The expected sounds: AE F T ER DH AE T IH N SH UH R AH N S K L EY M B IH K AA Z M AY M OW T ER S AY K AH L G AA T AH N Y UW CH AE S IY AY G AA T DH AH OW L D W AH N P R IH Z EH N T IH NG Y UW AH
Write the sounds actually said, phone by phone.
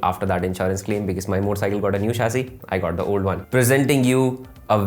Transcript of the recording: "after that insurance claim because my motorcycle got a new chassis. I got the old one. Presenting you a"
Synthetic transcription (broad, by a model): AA F T ER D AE T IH N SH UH R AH N S K L EY M B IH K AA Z M AY M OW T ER S AY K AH L G AA T AH N Y UW SH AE S IY AY G AA T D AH OW L D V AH N P R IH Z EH N T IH NG Y UW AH